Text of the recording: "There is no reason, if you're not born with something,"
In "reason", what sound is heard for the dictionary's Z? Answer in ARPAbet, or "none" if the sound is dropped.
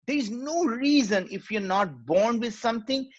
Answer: Z